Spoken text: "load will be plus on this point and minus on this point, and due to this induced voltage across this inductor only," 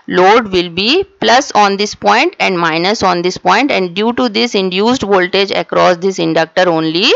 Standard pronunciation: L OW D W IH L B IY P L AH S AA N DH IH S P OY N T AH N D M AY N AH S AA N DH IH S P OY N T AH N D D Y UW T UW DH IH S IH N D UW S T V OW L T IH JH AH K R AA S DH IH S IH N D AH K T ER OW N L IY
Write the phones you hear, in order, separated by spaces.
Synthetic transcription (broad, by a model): L OW D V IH L B IY P L AH S AA N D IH S P OY N T AH N D M AY N AH S AA N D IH S P OY N T AH N D D Y UW T UW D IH S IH N D UW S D V OW L T IH JH AH K R AA S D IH S IH N D AH K T ER OW N L IY